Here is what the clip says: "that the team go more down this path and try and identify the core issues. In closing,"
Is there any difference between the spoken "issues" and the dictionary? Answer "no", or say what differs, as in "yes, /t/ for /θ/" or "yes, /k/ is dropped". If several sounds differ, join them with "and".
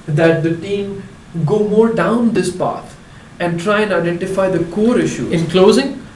yes, /z/ is dropped